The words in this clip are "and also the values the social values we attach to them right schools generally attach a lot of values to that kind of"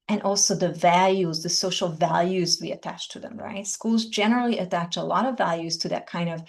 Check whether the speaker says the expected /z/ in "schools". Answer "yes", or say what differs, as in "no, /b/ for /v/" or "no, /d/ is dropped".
yes